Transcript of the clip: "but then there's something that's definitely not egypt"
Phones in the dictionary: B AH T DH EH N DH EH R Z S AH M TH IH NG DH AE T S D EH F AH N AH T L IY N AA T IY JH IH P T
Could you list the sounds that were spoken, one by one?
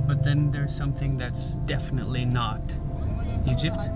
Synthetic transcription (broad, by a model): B AH T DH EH N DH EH R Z S AH M TH IH NG DH AE T S D EH F AH N AH T L IY N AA T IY JH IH P T